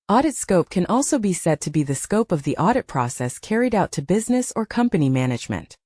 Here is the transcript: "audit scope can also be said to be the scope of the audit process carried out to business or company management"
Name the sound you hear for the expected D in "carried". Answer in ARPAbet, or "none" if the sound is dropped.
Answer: D